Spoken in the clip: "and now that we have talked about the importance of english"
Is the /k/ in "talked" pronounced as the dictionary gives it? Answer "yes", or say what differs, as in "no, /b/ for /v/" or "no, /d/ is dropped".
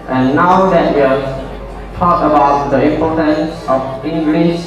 no, /k/ is dropped